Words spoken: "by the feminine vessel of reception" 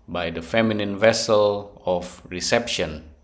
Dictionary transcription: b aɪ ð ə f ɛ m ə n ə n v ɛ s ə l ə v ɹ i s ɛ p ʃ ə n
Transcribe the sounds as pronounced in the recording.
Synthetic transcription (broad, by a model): b aɪ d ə f ɛ m ə n ə n v ɛ s ə l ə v ɹ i s ɛ p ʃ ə n